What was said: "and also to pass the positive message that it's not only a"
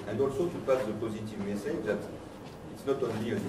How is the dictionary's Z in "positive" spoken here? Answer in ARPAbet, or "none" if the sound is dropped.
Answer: Z